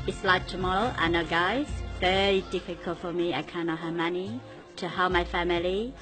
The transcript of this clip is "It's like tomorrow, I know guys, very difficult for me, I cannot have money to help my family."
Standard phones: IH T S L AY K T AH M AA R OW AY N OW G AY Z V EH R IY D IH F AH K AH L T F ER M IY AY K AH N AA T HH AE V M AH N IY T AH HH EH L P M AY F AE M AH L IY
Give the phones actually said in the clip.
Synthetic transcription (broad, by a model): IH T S L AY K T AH M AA L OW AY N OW G AY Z V EH R IY D IH F AH K AH L T F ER M IY AY K AH N AA T HH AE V M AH N IY T AH HH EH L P M AY F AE M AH L IY